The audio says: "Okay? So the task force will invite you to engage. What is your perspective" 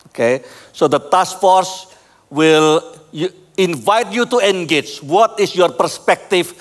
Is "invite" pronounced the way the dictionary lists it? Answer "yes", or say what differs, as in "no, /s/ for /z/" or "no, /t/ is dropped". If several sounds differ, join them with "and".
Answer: yes